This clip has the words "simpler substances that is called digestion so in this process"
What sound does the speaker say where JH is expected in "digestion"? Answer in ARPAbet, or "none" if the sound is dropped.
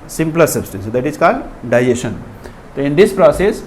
none